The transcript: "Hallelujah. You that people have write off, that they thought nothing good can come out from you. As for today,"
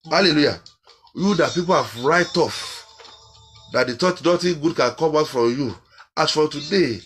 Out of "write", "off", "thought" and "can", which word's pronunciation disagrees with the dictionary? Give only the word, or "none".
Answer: thought